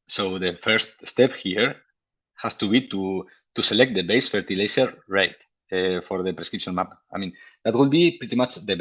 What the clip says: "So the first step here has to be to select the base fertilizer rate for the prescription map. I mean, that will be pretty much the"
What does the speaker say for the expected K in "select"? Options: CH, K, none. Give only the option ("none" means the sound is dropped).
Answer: K